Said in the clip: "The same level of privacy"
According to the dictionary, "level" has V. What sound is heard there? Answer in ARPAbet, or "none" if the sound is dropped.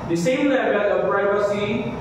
W